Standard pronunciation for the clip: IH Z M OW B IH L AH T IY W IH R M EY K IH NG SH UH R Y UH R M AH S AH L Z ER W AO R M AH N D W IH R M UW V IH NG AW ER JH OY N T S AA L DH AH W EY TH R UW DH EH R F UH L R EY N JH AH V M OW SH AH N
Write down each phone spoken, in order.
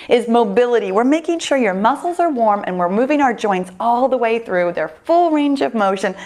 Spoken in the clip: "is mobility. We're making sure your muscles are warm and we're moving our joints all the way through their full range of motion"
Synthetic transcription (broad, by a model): IH Z M OW B IH L AH T IY W IH R M EY K IH NG SH UH R Y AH R M AH S L Z ER W AO R M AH N W IH R M UW V IH NG AW ER JH OY N T S AA L DH AH W EY TH R UW DH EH R F UH L R EY N JH AH V M OW SH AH N